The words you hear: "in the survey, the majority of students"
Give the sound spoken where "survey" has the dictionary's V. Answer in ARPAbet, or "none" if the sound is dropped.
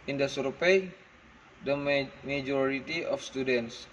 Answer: P